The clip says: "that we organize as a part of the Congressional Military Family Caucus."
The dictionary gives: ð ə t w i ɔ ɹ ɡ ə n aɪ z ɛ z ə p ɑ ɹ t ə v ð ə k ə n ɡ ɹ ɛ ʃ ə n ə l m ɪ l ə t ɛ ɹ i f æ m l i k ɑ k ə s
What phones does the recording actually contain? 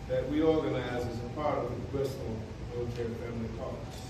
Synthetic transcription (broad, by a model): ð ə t w i ɔ ɹ ɡ ə n aɪ z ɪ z ə p ɑ ɹ t ə v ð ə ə ɡ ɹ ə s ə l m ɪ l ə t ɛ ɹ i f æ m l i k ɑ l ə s